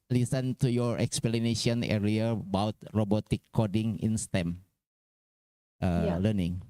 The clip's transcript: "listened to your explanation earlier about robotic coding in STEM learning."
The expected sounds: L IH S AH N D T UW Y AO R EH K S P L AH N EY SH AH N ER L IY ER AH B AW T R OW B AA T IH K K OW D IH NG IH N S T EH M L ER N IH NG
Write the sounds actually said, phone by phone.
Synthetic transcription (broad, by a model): L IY S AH N T UW Y AO R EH K S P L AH N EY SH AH N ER IY AH B AW T R OW B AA T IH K K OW D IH NG IH N S T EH M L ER N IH NG